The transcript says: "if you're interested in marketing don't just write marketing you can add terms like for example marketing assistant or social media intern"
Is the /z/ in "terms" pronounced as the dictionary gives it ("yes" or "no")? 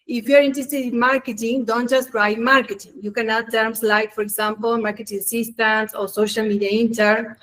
no